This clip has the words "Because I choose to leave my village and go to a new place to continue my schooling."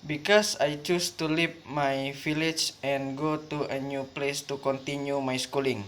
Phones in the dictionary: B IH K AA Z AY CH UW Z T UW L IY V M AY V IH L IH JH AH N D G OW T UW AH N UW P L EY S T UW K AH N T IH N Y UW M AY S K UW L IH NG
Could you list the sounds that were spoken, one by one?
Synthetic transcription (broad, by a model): B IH K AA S AY CH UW S T UW L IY P M AY F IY L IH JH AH N G OW T UW AH N UW P L EY S T UW K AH N T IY N Y UW M AY S K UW L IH NG